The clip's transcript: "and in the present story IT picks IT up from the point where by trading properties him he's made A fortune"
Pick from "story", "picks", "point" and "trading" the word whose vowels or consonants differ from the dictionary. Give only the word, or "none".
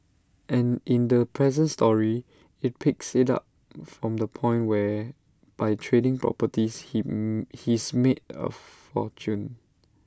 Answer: none